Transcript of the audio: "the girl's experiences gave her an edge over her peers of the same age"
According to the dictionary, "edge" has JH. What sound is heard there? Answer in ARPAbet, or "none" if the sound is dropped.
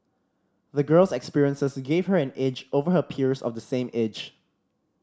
JH